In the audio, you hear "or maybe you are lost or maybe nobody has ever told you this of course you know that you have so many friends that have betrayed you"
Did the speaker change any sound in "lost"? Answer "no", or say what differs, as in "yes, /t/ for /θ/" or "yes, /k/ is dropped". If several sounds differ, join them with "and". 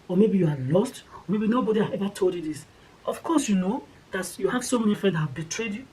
no